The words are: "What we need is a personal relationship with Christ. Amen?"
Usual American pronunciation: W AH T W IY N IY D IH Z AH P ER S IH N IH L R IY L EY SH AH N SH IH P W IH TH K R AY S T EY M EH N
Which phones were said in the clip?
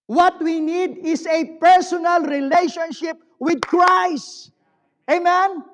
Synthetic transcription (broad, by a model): W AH T W IY N IY D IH S AH P ER S IH N IH L R IY L EY SH AH N SH IH P W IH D K R AY S T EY M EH N